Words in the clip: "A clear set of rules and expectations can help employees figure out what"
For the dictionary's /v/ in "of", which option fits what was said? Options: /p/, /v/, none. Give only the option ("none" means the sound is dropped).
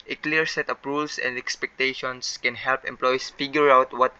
/p/